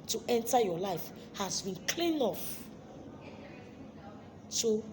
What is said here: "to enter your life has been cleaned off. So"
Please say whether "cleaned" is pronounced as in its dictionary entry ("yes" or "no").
no